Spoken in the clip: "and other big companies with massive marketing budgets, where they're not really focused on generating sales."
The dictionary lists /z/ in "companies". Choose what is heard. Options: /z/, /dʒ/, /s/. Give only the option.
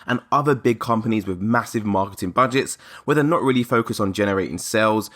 /z/